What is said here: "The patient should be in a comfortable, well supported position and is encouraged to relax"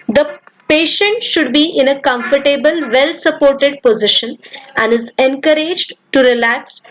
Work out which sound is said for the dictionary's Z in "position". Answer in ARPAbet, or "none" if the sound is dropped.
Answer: Z